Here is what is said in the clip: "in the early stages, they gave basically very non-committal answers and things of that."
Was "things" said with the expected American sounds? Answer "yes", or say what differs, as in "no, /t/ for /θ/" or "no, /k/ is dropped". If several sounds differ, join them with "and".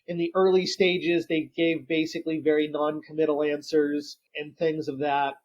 yes